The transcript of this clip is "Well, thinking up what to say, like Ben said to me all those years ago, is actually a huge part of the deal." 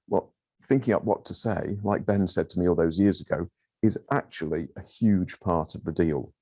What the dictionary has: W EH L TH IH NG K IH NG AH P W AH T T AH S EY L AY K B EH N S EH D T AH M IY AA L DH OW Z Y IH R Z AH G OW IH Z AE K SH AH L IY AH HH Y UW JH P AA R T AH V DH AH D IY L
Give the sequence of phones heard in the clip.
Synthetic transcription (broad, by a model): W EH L TH IH NG K IH NG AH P W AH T T AH S EY L AY K B EH N S EH D T AH M IY AA L DH OW Z Y IH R Z AH G OW IH Z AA K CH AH L IY AH HH Y UW JH P AA R T AH V DH AH D IY L